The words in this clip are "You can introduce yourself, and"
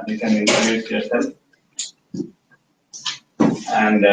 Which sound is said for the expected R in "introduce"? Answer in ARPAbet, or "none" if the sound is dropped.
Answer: none